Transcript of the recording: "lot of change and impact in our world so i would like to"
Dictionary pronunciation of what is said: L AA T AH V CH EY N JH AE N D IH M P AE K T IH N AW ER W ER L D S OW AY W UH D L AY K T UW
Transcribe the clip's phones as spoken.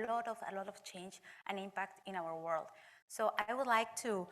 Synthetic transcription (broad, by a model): L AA T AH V CH EY N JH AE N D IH M P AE K T IH N AW ER W ER L D S OW AY W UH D L AY K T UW